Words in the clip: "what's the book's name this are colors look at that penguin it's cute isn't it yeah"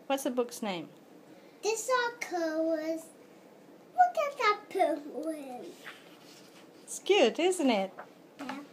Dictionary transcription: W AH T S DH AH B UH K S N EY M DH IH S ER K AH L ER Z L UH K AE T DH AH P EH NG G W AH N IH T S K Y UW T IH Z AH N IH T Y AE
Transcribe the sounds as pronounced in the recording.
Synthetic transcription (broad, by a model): W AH T S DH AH B UH K S N EY M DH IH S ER K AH W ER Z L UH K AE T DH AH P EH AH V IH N S K Y UW T IH Z AH N IH T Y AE